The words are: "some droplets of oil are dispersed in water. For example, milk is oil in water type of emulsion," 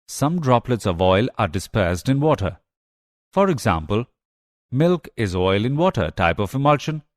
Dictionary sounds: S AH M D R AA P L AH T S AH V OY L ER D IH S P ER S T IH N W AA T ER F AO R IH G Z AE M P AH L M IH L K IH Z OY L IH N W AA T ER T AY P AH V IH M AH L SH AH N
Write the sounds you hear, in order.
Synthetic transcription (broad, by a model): S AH M D R AA P L AH T S AH V OY L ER D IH S P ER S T IH N W AA T ER F AO R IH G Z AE M P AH L M IH L K IH Z OY L IH N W AA T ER T AY P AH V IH M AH L SH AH N